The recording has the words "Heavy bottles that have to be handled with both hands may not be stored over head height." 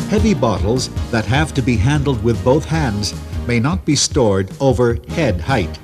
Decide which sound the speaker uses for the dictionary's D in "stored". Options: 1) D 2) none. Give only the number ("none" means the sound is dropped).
1